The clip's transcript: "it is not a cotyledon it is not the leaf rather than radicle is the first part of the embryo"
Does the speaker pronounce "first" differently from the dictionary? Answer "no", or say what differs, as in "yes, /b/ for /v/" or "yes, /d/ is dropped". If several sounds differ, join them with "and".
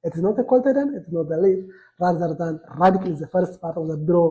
no